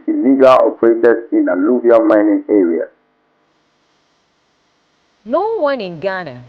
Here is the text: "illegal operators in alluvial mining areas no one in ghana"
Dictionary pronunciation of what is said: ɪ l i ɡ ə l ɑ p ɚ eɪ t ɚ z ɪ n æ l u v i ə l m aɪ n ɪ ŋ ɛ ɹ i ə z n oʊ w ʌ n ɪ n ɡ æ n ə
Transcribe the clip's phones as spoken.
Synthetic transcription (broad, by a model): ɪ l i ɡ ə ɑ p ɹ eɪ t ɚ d ɪ n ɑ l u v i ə m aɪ n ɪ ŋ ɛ ɹ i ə n oʊ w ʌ n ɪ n ɡ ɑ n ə